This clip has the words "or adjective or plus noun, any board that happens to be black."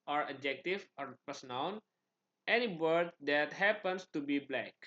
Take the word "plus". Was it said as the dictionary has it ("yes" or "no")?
no